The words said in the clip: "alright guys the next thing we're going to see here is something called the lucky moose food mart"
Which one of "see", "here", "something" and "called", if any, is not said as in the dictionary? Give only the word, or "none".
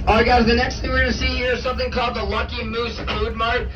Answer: none